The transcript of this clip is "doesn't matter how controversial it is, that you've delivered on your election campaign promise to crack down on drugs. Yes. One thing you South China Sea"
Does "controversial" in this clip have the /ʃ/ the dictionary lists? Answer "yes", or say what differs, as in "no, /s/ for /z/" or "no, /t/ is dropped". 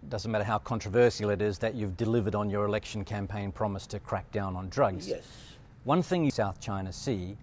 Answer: no, /s/ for /ʃ/